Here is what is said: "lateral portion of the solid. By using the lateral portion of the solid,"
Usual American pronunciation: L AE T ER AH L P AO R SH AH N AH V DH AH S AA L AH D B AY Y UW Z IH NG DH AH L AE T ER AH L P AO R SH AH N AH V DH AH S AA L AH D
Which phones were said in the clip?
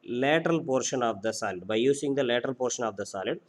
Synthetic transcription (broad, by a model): L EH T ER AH L P AO R SH AH N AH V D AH S AA L AH D B AY Y UW S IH NG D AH L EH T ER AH L P AO R SH AH N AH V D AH S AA L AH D